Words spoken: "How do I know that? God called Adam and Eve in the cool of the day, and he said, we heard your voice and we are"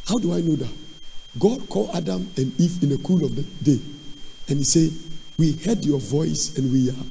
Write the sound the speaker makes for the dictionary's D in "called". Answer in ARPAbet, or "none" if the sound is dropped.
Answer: none